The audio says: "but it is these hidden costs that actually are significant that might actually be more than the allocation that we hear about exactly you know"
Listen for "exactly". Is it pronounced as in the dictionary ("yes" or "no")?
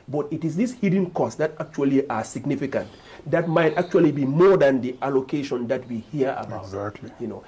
no